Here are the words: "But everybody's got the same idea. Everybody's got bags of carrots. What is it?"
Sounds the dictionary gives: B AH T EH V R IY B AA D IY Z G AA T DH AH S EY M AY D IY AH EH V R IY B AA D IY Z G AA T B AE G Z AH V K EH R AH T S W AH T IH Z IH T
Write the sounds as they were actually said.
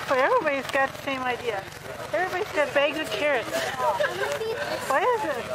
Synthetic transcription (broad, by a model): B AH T EH V R IY B AA D IY Z G AA T DH AH S EY M AY D IY AH EH V R IY B AA D IY Z G AA T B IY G AH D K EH R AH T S W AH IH IH Z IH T